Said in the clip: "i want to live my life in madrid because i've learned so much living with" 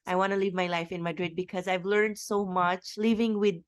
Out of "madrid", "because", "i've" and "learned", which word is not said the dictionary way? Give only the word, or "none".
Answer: none